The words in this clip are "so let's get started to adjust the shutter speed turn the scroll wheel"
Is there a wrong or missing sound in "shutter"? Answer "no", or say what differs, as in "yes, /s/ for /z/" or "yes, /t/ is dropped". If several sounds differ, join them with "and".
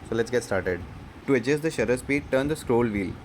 no